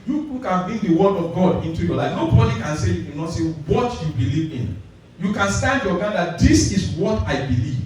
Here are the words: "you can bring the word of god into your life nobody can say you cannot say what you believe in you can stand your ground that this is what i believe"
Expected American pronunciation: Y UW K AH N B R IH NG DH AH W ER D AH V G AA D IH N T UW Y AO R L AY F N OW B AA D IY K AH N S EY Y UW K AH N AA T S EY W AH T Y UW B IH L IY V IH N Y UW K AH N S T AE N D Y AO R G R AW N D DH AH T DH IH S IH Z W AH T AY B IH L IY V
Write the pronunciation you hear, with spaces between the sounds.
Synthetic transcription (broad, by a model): Y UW K AH N B R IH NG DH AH W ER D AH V G AA D IH N T UW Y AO L AY F N OW B AA D IY K AH N S EY Y UW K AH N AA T S EY W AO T Y UW B IH L IY V IH N Y UW K AH N S T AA N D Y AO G AW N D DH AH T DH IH S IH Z W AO T AY B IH L IY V